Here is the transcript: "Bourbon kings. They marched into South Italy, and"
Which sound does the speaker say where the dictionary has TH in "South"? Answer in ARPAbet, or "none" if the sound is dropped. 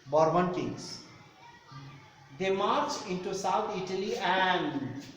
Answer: T